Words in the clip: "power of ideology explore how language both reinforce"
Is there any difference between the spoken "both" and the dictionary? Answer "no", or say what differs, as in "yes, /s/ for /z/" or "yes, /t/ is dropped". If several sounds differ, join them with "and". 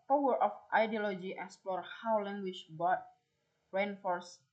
yes, /f/ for /θ/